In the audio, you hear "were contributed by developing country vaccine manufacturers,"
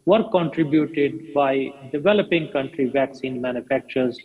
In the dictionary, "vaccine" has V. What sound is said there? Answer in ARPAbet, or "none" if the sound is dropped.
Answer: V